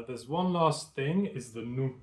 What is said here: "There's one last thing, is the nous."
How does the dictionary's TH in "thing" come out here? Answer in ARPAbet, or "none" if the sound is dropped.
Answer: TH